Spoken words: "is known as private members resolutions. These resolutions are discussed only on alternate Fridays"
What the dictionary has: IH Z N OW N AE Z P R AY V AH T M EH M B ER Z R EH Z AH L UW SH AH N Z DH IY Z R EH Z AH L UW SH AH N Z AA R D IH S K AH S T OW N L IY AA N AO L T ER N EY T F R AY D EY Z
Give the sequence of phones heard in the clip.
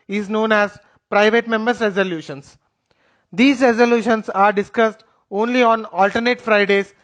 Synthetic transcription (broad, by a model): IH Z N OW N AE Z P R AY V AH T M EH M B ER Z R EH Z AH L UW SH AH N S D IY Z R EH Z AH L UW SH AH N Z AA R D IH S K AH S T OW N L IY AA N AO L T ER N EY T F R AY D EY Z